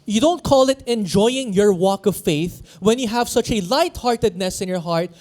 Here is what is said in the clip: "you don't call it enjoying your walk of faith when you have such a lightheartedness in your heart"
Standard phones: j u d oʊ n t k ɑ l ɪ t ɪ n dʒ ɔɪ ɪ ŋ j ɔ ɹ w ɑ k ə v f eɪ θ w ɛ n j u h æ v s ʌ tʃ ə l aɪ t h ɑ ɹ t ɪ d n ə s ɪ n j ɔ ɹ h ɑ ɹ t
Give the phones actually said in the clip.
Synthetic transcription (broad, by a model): j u d oʊ n t k ɑ l ɪ t ɪ n dʒ ɔɪ ɪ ŋ j ɔ ɹ w ɑ k ə v f eɪ θ w ɛ n j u h æ v s ʌ tʃ ə l aɪ t h ɑ ɹ t ɪ d n ə s ɪ n j ɔ ɹ h ɑ ɹ t